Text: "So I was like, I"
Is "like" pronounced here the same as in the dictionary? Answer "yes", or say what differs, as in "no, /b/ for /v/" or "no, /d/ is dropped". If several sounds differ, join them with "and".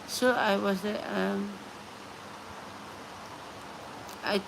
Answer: no, /k/ is dropped